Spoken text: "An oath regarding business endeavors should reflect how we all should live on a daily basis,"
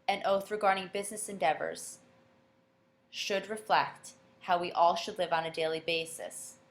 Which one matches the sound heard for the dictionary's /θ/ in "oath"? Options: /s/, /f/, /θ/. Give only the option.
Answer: /θ/